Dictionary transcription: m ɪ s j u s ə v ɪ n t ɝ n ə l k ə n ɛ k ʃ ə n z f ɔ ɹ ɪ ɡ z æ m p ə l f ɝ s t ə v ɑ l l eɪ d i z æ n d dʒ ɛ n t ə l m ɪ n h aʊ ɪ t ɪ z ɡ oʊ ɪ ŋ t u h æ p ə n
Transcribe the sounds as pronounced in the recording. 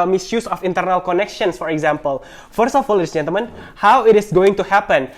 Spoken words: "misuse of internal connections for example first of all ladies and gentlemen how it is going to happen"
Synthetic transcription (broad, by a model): m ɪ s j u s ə f ɪ n t ɝ n ə l k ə n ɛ k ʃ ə n s f ɔ ɹ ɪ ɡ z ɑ m p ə l f ɝ s t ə f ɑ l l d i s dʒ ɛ n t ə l m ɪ n h aʊ ɪ t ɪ s ɡ oʊ ɪ ŋ t u h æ p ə n